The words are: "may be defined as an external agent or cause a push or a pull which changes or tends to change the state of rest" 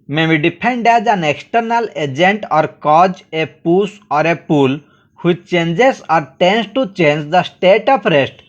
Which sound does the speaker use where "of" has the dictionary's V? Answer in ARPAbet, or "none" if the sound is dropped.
P